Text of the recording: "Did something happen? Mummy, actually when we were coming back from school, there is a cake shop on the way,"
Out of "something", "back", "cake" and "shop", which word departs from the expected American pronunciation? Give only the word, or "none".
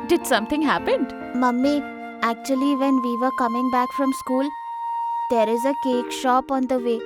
something